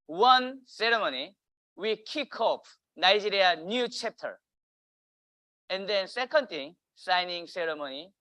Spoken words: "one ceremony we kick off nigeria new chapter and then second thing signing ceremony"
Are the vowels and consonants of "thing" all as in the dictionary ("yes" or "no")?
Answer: no